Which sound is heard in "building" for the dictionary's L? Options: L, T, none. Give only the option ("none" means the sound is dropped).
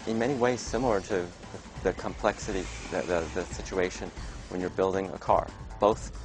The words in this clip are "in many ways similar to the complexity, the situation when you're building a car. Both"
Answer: L